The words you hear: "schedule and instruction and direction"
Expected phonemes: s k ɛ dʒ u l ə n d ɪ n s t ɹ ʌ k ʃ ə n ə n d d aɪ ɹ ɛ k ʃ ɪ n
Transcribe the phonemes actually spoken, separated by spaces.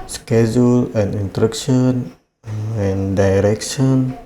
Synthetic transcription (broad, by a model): s k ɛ dʒ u l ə n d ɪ n t ɹ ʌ k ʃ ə n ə n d d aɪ ɹ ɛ k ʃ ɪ n